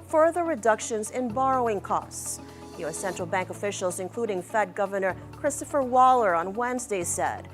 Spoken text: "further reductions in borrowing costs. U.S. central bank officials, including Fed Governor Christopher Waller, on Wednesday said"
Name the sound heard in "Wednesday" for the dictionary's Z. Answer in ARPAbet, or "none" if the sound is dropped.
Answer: Z